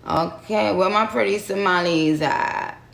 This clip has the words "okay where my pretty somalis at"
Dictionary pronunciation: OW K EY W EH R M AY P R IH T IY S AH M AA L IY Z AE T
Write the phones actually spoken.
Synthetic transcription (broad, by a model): OW K EY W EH L M AY P R IH T IY S AH M AA L IY Z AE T